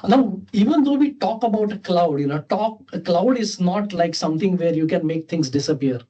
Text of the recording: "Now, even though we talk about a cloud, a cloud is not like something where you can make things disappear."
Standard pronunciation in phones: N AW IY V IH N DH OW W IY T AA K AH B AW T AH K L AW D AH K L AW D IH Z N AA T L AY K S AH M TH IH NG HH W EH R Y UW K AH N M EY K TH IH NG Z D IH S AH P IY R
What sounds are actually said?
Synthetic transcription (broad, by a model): N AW IY V IH N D OW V IY T AA K AH B AW T AH K L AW D AH K L AW D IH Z N AA T L AY K S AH M T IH NG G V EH R Y UW K AH N M EY K T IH NG S D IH S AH P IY R